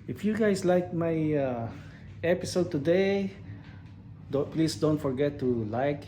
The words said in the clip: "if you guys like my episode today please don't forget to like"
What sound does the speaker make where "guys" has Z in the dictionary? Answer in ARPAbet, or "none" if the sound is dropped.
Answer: S